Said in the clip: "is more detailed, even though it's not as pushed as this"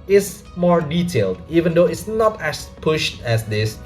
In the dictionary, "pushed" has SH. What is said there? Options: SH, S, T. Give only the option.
SH